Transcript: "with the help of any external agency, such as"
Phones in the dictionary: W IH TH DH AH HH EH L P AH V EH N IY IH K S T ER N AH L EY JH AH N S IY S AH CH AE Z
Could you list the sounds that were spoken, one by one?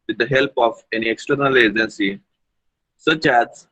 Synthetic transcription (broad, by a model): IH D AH HH EH L P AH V EH N IY IH K S T ER N AH L EY JH AH N S IY S AH CH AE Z